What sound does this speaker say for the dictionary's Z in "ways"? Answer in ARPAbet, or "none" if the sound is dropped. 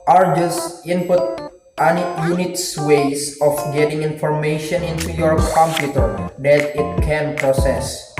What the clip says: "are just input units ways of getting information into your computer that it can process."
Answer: S